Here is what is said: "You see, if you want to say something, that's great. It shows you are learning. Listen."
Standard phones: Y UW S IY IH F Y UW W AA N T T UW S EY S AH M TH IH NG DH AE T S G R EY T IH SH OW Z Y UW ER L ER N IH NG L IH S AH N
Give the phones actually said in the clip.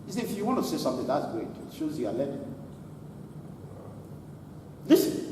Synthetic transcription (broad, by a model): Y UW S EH IH F Y UW W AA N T T UW S EY S AH M TH IH NG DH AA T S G EY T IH SH OW Z Y UW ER L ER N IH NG L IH S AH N